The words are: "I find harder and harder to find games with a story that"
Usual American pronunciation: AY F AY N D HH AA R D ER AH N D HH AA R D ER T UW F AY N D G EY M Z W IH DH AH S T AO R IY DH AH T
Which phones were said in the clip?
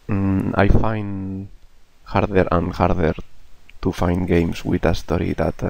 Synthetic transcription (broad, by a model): AY F AY N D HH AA R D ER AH N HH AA R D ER T UW F AY N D G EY M S W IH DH AH S T AO R IY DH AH T